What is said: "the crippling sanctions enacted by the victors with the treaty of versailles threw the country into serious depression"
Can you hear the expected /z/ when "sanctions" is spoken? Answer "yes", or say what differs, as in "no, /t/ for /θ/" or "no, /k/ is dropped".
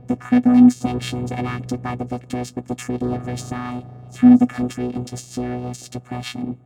yes